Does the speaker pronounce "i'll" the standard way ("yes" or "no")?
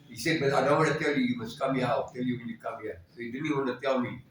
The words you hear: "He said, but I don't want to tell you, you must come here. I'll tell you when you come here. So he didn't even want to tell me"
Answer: no